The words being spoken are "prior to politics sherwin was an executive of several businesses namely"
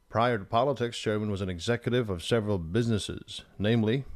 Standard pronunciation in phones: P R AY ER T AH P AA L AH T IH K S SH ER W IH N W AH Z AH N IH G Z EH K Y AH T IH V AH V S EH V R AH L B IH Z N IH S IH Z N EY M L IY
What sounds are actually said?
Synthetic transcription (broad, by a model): P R AY ER T AH P AA L AH T IH K S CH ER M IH N W AH Z AH N IH G Z EH K Y AH T IH V AH V S EH V R AH L B IH Z N IH S IH Z N EY M L IY